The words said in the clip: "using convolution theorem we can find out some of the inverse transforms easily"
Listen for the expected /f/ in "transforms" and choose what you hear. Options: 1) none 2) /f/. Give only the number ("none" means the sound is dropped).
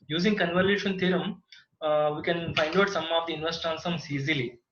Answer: 1